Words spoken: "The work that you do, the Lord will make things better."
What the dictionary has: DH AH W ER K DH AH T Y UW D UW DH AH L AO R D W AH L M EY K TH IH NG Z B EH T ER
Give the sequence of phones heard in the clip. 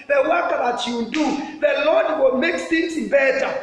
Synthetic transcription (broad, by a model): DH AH W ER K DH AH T Y UW D UW DH AH L AO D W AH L M EY K S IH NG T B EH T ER